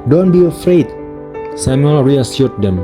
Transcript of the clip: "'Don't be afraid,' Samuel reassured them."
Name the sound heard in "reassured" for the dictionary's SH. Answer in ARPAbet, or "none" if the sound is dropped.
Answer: S